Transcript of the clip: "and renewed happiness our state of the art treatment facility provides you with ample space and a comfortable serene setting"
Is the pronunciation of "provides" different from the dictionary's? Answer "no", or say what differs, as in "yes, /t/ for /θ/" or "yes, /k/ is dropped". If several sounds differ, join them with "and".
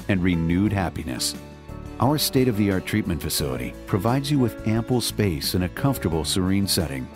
no